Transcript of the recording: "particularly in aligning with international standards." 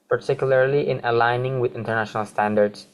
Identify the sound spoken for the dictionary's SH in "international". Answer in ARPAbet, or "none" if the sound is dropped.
SH